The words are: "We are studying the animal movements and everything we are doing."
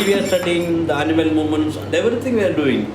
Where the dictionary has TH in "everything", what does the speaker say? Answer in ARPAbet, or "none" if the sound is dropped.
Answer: T